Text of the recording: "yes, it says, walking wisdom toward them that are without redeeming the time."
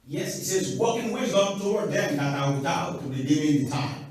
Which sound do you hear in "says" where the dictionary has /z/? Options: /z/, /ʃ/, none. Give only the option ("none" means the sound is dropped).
/z/